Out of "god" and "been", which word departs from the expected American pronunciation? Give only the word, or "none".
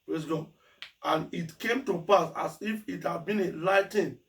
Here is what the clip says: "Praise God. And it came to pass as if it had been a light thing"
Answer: god